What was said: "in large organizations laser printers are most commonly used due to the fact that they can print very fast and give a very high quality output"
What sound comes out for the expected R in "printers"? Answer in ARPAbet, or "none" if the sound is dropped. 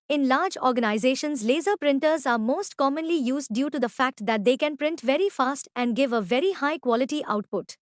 R